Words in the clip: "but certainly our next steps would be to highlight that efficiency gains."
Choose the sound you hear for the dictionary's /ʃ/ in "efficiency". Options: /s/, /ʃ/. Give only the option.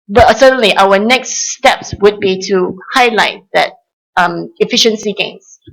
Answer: /ʃ/